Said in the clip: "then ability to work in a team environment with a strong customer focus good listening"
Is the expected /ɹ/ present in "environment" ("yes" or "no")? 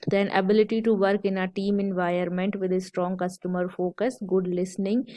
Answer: no